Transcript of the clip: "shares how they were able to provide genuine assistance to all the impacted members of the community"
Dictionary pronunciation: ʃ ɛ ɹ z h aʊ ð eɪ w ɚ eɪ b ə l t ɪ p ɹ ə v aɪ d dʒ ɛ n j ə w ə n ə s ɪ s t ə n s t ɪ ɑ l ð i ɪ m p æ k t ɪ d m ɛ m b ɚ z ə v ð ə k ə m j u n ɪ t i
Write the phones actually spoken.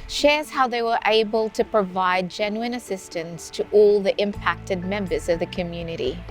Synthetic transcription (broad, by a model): ʃ ɛ ɹ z h aʊ ð eɪ w ɚ eɪ b ə l t ɪ p ɹ ə v aɪ d dʒ ɛ n j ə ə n ə s ɪ s t ə n s t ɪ ɑ l ð i ɪ m p æ k t ɪ d m ɛ m b ɚ z ə v ð ə k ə m j u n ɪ t i